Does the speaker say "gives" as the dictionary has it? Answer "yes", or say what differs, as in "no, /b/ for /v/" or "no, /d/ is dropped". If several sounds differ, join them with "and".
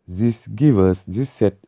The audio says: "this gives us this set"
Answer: no, /z/ is dropped